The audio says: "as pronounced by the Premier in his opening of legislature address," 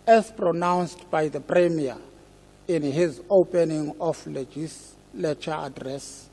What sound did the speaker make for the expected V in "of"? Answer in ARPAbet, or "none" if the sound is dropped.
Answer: F